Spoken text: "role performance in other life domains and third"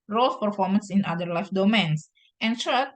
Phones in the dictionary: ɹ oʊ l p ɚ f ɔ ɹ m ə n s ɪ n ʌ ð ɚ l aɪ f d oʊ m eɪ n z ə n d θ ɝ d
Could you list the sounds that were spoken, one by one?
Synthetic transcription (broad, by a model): ɹ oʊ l p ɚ f ɔ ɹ m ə n s ɪ n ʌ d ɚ l aɪ f d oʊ m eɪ n s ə n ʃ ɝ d